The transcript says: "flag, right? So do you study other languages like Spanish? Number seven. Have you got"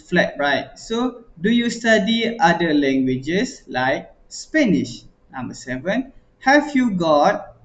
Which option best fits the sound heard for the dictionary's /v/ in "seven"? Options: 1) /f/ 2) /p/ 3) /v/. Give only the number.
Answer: 3